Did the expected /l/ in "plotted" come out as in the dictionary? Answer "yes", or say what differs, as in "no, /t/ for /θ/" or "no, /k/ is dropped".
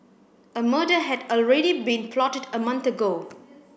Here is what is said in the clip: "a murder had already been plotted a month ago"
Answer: yes